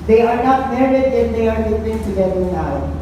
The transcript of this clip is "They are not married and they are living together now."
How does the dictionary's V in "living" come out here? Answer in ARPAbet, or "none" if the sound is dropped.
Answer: P